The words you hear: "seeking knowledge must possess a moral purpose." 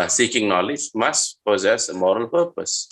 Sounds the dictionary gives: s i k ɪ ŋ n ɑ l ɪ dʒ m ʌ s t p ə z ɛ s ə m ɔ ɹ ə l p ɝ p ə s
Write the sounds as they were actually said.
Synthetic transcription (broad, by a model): s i k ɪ ŋ n ɑ l ɪ dʒ m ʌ s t p ə z ɛ s ə m ɔ ɹ ə l p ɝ p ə s